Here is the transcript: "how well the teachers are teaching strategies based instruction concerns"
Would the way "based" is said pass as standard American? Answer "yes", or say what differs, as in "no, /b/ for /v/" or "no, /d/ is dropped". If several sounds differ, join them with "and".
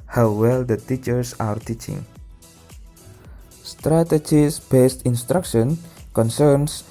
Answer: yes